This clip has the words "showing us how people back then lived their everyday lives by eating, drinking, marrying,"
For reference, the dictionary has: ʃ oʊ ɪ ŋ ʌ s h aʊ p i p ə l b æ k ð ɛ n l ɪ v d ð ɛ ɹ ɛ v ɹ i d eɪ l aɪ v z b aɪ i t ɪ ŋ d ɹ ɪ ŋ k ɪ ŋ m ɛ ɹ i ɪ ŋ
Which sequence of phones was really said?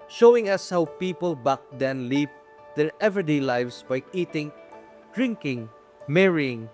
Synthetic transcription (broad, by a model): ʃ oʊ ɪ ŋ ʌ s h aʊ p i p ə l b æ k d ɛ n l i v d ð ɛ ɹ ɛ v i d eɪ l aɪ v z b aɪ i t ɪ ŋ d ɹ ɪ ŋ k ɪ ŋ m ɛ ɹ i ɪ ŋ